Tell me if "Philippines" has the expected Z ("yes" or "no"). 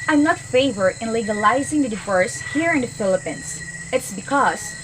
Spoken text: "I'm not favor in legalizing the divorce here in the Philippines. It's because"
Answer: no